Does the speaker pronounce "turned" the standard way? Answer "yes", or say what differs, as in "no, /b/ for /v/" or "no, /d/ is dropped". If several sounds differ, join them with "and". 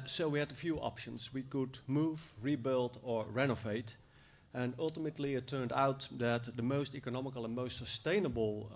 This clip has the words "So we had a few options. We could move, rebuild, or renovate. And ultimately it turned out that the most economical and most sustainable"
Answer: yes